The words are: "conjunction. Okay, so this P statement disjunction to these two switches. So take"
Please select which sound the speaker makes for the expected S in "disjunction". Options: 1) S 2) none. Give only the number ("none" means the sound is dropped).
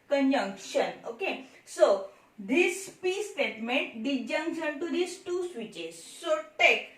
2